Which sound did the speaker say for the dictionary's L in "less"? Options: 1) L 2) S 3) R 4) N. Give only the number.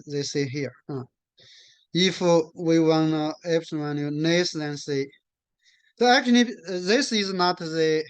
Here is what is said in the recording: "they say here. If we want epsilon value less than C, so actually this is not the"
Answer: 4